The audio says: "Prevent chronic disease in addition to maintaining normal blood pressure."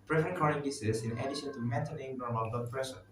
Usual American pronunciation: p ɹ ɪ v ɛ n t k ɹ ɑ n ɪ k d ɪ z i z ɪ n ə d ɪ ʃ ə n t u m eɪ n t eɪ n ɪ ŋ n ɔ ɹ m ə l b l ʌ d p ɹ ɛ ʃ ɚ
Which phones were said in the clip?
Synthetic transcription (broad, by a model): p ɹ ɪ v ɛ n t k ɑ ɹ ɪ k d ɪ s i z ɪ n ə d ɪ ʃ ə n t u m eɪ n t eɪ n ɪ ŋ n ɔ ɹ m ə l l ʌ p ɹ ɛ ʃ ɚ